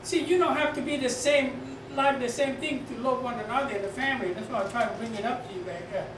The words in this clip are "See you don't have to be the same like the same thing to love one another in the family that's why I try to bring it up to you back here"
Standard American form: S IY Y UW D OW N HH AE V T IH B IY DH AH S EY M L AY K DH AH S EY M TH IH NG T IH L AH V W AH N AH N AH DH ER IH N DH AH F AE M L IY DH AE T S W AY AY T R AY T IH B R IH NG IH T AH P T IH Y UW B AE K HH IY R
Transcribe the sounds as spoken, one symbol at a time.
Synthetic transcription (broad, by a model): S IY Y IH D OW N HH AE F T IH B IY DH AH S EY M L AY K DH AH S EY M TH IH NG T IH L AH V W AH N AH N AH DH ER IH N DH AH F AE M L IY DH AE T S W AY AY T R AY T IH B R IH NG IH T AH P T IH Y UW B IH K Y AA